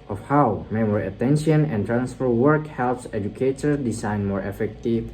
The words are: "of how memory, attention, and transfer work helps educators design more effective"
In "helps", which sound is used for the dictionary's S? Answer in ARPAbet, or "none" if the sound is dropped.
S